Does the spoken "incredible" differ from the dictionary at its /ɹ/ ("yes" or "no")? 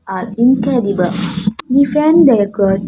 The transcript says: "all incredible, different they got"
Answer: yes